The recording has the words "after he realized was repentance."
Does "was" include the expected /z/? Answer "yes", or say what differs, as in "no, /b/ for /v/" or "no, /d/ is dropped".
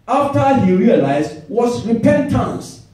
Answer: no, /s/ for /z/